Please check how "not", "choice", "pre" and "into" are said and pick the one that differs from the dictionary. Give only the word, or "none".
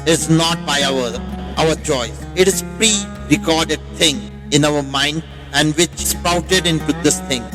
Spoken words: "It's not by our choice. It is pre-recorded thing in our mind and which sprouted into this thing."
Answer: choice